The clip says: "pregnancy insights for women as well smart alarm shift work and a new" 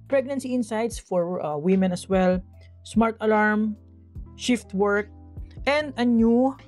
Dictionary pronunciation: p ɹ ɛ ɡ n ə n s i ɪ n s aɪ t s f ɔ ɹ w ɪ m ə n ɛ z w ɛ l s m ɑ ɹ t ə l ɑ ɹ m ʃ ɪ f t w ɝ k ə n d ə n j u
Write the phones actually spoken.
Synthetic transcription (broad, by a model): p ɹ ɛ ɡ n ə n s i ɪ n s aɪ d s f ɔ ɹ w ɪ m ə n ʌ s w ɛ l s m ɑ ɹ t ə l ɑ ɹ m ʃ ɪ f t w ɝ k ə n d ə n j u